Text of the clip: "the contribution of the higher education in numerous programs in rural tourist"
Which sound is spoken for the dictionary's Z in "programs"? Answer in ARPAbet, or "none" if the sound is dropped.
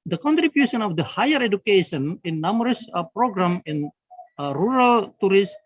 none